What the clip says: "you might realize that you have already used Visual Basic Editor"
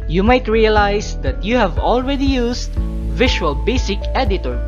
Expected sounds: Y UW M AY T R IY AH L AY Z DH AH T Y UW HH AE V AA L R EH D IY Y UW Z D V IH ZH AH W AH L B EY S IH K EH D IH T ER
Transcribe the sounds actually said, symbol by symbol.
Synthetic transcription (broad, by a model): Y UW M AY T R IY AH L AY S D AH T Y UW HH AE V AA L R EH D IY Y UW S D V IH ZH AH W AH L B EY S IH K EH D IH T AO